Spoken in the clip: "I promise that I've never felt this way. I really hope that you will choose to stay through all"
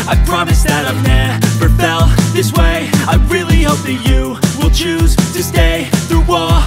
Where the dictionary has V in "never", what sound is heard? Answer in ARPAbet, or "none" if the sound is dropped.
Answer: F